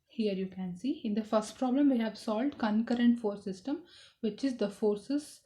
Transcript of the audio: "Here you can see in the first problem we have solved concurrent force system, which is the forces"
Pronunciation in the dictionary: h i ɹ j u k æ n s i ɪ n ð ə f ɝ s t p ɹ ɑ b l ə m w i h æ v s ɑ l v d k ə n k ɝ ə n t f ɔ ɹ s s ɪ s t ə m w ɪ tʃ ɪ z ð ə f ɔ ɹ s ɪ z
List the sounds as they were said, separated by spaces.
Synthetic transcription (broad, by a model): h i ɹ j u k æ n s i ɪ n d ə f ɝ s t p ɹ ɑ b l ə m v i h æ v s ɑ l v d k ə n k ɝ ə n t f ɔ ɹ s s ɪ s t ə m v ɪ tʃ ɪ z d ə f ɔ ɹ s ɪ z